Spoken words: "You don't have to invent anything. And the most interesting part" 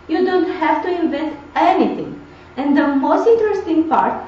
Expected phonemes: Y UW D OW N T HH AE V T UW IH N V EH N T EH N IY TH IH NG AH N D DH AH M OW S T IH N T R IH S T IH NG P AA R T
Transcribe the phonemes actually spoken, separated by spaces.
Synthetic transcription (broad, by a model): Y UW D OW N T HH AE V T UW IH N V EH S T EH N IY T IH NG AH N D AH M OW S T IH N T R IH S T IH NG P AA R T